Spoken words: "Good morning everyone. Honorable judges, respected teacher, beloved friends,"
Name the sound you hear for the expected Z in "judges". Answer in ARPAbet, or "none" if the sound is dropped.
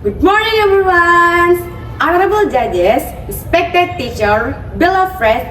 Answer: S